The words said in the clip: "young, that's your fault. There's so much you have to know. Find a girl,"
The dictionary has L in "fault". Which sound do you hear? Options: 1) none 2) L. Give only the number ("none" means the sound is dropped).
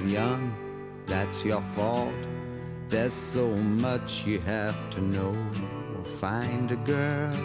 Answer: 2